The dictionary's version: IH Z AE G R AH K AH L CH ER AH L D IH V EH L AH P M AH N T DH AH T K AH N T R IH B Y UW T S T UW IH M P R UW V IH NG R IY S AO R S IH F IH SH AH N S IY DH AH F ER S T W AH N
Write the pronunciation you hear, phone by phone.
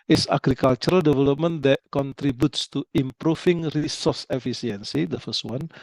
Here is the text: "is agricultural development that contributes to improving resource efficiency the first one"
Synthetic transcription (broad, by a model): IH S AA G R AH K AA L CH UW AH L D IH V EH L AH P M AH N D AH T K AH N T R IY B Y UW T S T UW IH M P R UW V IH NG R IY S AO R S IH F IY S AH N S IY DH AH F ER S T W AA N